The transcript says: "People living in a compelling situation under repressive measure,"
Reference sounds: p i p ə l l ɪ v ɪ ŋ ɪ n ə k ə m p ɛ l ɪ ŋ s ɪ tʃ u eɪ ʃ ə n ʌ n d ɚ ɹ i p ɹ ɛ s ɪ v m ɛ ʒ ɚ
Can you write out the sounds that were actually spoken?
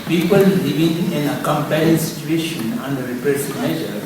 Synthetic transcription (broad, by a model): p i p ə l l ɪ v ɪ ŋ ɪ n ə k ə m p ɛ ɪ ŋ s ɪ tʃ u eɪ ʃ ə n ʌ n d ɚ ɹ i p ɛ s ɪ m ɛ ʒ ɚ